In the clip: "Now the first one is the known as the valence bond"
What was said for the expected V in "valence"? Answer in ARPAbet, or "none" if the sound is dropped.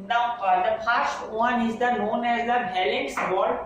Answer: B